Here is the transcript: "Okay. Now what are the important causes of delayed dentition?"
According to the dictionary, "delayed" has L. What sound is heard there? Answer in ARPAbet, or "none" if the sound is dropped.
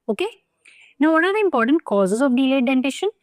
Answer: none